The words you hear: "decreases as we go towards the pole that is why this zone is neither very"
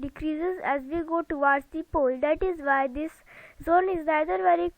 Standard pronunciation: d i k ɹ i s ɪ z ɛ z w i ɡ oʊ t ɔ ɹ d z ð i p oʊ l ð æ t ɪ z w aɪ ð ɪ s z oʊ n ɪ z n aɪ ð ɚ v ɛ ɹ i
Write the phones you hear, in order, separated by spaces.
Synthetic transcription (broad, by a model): d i k ɹ i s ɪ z ɛ z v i ɡ oʊ t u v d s i p oʊ l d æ t ɪ z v aɪ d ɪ s z oʊ n ɪ z n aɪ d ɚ v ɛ ɹ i